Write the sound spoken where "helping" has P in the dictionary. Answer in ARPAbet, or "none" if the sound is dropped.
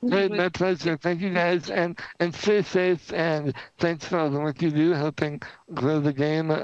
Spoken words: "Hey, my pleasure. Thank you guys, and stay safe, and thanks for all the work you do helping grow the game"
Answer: P